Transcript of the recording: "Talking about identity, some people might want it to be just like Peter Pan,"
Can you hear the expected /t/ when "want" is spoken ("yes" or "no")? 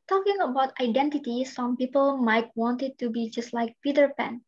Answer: yes